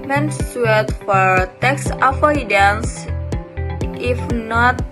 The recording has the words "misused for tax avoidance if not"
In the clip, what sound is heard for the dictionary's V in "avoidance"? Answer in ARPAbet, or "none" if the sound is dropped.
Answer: F